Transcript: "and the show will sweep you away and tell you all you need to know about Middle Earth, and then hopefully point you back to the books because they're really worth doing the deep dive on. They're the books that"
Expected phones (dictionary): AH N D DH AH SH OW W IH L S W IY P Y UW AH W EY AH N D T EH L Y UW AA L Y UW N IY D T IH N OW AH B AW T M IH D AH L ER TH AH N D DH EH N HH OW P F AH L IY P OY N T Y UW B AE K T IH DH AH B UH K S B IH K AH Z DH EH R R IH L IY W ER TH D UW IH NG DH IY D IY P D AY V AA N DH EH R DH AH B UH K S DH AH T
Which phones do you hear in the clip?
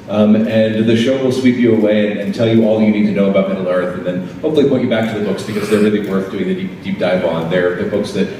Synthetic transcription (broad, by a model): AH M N DH AH SH OW W IH L S W IY P Y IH AH W EY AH N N T EH L Y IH AA L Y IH N IY D T IH N OW AH B AW T M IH D L ER TH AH N DH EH N HH OW P F L IY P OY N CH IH B AE K T IH DH AH B UH K S B IH K AH Z DH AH R R IH L IY W ER TH D UW IH NG DH IY D IY P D AY B AA N DH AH R DH AH B UH K S DH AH T